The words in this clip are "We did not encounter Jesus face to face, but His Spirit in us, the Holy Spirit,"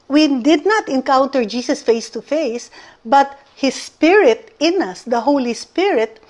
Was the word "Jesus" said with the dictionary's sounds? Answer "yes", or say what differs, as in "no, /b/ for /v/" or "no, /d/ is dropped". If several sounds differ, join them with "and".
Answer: no, /s/ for /z/